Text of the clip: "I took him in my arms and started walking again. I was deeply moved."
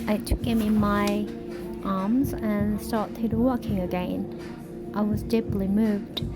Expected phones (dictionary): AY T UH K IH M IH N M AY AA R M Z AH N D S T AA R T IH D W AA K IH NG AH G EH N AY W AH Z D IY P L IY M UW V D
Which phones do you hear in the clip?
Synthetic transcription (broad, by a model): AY T UH K IH M IH N M AY AA R M Z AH N S T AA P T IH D W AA K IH NG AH G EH N AY W AH Z D IY P L IY M UW V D